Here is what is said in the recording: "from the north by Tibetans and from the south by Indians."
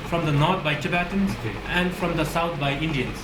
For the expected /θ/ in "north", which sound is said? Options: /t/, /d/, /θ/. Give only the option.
/t/